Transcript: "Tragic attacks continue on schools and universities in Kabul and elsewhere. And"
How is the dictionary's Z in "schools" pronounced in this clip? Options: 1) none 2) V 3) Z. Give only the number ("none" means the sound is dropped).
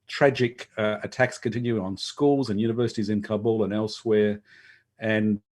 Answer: 3